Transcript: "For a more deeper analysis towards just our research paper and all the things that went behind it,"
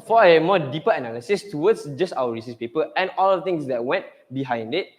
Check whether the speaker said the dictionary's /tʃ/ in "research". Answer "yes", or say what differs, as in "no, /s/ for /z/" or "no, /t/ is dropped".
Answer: no, /s/ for /tʃ/